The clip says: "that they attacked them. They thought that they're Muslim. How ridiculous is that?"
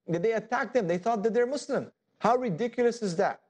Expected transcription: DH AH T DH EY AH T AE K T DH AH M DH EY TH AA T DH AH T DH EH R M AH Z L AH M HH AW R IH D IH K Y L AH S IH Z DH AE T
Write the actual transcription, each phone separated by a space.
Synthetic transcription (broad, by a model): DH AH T DH EY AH T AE K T DH AH M DH EY TH AA T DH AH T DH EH R M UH S L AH M HH AW R IH D IH K Y L AH S IH Z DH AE T